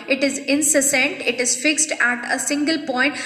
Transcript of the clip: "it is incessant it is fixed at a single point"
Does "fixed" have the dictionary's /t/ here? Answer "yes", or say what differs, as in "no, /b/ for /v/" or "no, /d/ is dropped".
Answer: yes